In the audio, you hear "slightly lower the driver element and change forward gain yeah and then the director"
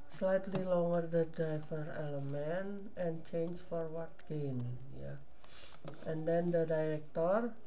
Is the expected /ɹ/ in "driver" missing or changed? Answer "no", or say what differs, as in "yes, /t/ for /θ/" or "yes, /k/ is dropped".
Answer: yes, /ɹ/ is dropped